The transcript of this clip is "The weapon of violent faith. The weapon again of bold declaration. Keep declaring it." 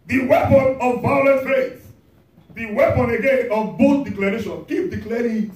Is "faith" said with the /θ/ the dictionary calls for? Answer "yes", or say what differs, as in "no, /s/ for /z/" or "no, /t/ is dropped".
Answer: no, /s/ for /θ/